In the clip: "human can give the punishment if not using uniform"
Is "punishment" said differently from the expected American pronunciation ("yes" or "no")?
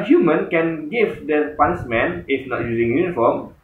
yes